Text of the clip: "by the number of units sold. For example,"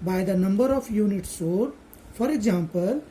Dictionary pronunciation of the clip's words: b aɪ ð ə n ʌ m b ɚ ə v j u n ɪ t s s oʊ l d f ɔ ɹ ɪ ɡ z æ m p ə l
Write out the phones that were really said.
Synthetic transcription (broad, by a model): b aɪ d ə n ʌ m b ɚ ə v j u n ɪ t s s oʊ d f ɔ ɹ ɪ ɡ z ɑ m p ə l